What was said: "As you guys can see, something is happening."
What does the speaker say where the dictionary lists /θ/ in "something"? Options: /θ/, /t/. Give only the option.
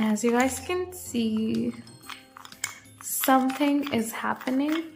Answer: /θ/